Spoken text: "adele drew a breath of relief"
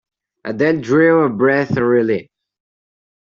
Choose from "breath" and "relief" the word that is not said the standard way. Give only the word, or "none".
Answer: relief